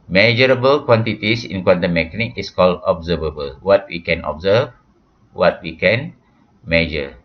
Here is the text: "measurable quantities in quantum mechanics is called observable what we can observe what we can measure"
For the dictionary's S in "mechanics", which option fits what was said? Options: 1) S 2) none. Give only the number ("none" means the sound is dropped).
2